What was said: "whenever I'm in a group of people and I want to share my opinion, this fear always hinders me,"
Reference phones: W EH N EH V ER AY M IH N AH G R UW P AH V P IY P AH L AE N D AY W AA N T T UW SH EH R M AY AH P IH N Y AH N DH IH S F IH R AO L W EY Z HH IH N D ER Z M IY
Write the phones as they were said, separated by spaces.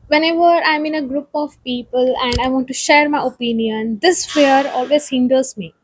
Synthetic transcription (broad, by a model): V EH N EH V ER AY M IH N AH G R UW P AH V P IY P AH L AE N D AY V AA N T T UW SH EH R M AY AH P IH N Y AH N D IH S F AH R AO L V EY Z HH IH N D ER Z M IY